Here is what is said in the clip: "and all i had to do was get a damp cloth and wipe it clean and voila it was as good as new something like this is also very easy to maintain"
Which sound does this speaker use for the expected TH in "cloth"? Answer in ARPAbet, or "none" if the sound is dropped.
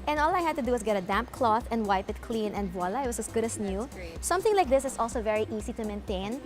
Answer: TH